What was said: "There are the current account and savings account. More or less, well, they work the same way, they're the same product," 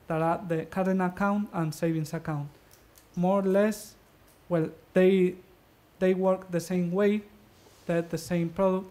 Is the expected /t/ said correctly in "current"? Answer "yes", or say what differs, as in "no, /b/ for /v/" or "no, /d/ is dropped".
no, /t/ is dropped